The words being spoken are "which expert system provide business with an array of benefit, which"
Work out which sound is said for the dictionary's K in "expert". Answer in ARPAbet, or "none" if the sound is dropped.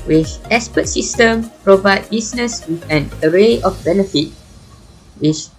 none